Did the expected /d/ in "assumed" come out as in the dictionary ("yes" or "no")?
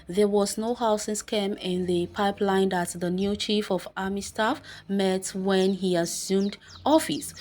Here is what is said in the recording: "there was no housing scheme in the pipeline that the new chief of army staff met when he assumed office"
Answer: yes